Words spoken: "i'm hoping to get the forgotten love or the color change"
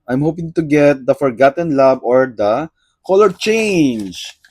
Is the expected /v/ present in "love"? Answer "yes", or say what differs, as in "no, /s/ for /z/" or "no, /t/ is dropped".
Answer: no, /b/ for /v/